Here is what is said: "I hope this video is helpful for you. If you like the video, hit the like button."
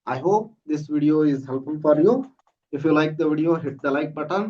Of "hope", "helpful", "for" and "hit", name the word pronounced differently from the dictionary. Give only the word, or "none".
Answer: helpful